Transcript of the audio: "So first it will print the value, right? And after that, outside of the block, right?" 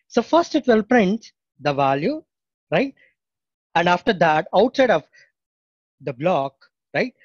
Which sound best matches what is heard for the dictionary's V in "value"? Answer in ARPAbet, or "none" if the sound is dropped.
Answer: V